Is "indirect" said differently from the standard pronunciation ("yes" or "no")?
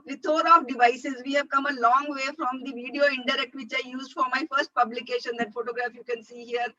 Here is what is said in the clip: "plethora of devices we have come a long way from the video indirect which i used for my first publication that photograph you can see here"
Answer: no